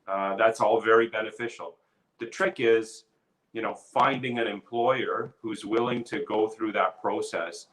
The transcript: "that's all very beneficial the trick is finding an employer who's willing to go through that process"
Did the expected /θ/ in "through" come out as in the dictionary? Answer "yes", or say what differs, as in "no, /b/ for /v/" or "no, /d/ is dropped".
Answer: yes